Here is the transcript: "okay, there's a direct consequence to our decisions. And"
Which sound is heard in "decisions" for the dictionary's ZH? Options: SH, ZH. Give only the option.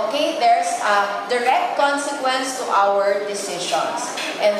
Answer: SH